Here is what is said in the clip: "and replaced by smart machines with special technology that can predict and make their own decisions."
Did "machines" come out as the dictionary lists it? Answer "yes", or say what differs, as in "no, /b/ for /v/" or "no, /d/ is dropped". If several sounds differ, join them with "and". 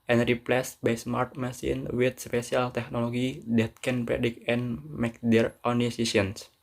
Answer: no, /s/ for /ʃ/ and /z/ is dropped